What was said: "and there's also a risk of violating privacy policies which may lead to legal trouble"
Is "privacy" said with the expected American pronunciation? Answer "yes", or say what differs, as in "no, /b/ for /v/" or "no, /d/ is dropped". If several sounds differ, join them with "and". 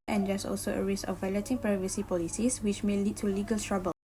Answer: yes